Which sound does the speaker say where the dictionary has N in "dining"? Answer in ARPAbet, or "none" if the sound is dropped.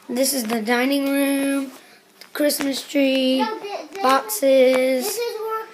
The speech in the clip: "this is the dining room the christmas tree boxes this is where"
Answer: N